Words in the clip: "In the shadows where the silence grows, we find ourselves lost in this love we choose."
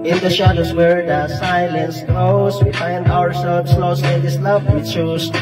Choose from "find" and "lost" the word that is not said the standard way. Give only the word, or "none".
lost